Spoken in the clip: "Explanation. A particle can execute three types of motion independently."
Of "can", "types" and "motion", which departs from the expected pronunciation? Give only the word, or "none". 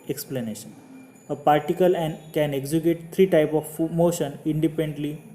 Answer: types